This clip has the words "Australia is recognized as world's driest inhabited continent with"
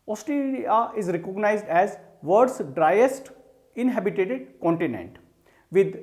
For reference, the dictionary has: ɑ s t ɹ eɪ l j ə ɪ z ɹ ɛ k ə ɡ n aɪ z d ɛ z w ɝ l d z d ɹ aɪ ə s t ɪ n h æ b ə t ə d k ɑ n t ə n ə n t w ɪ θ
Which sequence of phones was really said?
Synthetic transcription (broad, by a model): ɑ s t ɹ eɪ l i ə ɪ z ɹ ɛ k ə ɡ n aɪ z d ɛ z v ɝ d s d ɹ aɪ ə s t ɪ n h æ b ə t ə d k ɑ n t ə n ə n t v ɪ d